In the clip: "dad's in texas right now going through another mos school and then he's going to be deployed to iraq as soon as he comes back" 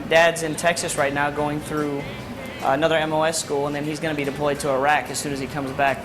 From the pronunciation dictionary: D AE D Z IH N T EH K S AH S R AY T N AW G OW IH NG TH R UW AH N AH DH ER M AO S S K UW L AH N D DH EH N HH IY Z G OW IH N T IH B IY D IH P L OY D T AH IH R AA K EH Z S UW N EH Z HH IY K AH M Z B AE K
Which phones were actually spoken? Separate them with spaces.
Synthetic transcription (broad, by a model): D AE D Z IH N T EH K S AH S R AY T N AW G OW IH NG TH R UW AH N AH DH ER M AO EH S K UW L AH N DH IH N IY Z G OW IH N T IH B IY D IH P L OY D T AH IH R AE K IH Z S UW N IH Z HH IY K AH M Z B AE K